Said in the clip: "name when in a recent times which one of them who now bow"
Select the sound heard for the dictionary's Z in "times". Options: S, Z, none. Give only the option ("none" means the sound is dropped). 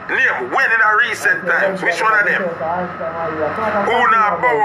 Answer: none